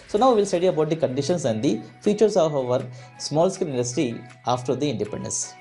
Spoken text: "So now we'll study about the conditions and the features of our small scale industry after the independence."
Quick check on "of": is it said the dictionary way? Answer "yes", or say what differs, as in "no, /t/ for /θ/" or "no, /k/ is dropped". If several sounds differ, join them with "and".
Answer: yes